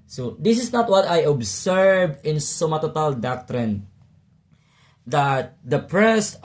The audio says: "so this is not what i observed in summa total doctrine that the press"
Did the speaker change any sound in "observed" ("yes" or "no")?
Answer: yes